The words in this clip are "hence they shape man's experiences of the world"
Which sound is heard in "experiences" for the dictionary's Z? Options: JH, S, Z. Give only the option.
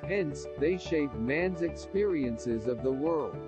Z